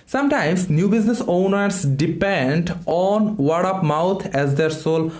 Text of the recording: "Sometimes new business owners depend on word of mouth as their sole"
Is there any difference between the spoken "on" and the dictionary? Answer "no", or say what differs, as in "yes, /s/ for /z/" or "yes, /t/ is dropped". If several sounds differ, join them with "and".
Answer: no